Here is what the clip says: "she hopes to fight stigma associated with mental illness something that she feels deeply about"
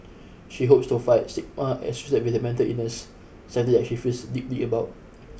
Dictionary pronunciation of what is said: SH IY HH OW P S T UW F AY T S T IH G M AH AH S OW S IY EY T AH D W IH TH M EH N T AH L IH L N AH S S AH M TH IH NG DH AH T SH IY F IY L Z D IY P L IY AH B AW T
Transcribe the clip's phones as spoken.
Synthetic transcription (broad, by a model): SH IY HH OW P S T UW F AY T S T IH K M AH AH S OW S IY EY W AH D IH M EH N T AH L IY N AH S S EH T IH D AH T SH IY F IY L S D IY P L IY AH B AW T